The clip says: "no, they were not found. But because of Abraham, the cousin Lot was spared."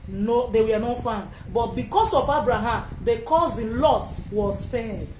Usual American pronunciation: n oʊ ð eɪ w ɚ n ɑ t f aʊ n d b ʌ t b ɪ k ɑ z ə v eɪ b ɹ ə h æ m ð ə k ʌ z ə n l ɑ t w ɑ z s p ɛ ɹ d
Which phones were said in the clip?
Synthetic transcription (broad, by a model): n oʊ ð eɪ w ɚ n ɑ t f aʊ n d b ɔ t b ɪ k ɑ s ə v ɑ b ɹ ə h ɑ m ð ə k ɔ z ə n l ɑ t w ɑ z s p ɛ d